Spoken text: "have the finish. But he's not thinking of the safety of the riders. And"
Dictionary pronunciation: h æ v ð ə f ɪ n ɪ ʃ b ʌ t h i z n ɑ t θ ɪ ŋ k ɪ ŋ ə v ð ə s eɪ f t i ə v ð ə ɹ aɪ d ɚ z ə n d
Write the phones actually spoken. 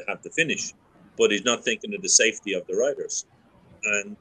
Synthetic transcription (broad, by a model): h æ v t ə f ɪ n ɪ ʃ b ʌ t h i z n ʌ t θ ɪ ŋ k ɪ ŋ ə v ð ə s eɪ f t i ə v ð ə ɹ aɪ d ɚ z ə n